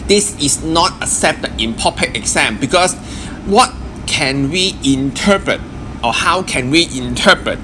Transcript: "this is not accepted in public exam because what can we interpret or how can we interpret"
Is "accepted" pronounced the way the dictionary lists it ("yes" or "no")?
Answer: no